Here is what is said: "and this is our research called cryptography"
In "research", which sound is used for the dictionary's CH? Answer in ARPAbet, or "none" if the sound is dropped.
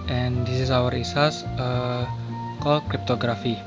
S